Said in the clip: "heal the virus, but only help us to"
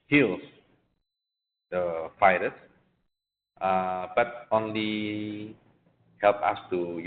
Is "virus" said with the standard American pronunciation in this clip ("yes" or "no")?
no